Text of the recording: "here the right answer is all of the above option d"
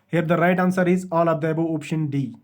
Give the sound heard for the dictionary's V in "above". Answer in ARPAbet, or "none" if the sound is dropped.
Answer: none